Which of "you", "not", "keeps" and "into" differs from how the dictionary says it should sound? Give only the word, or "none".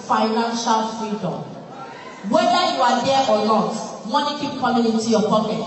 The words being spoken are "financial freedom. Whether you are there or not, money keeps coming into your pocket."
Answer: keeps